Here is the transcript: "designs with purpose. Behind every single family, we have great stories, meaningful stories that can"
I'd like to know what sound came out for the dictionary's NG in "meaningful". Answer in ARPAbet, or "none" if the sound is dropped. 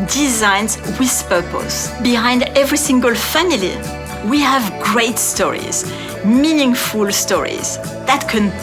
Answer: NG